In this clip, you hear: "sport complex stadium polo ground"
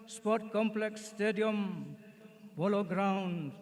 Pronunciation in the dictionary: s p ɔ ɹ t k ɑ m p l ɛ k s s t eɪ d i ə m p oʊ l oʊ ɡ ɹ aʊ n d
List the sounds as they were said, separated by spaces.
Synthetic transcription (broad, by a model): s p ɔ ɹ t k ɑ m p l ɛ k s s t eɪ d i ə m b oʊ l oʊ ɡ ɹ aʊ n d